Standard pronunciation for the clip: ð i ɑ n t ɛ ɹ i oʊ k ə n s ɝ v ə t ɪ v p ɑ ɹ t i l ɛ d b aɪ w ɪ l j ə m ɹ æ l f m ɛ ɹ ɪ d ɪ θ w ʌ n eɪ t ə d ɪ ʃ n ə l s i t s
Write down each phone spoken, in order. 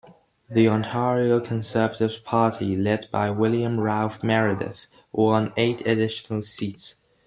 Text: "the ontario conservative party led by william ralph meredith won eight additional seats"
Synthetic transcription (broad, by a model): ð i ɑ n t ɛ ɹ i oʊ k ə n s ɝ v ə t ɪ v p ɑ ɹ t i l ɛ d b aɪ w ɪ l j ə m ɹ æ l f m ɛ ɹ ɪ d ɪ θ w ʌ n eɪ t ə d ɪ ʃ n ə l s i t s